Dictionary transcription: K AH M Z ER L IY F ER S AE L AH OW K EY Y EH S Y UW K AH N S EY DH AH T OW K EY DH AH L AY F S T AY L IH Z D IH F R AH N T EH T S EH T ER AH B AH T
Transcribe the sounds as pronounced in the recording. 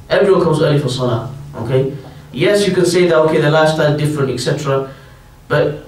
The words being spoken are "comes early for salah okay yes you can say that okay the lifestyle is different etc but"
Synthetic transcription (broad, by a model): K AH M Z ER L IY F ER S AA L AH OW K EY Y EH S Y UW K AH N S EY DH AH T OW K EY DH AH L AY S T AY IH Z D IH F R AH N T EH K S EH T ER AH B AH T